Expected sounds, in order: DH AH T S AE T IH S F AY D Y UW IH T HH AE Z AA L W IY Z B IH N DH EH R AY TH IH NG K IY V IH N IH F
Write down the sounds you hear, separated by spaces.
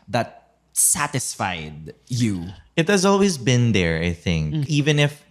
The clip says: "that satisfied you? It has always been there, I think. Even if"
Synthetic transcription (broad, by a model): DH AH T S AE T IH S F AY D Y UW IH T HH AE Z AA L W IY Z B IH N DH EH R AY TH IH NG K IY V IH N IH F